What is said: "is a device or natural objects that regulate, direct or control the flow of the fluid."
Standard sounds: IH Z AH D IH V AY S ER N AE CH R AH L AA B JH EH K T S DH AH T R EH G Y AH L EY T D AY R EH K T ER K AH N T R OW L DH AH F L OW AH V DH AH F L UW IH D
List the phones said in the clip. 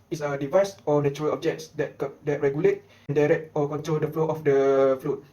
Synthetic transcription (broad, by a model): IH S AH D IH V AY S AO N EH CH R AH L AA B JH EH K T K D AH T R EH G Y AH L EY T D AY R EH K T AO K AH N T R OW L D AH F L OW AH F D AH F L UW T